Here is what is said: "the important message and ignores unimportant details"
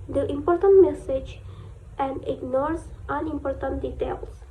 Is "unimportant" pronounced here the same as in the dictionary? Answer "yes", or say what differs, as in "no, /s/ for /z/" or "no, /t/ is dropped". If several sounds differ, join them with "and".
yes